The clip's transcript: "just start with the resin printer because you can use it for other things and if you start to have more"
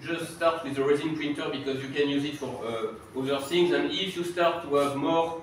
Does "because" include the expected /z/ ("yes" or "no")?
yes